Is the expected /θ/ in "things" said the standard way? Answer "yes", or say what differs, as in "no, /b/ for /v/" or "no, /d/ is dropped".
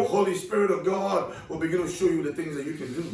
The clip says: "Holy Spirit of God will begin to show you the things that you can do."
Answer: yes